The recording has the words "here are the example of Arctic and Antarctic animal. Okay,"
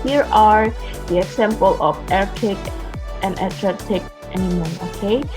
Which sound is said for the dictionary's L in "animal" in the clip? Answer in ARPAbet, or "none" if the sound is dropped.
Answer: N